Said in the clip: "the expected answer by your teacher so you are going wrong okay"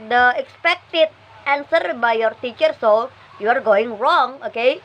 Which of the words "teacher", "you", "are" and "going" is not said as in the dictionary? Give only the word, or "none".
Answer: none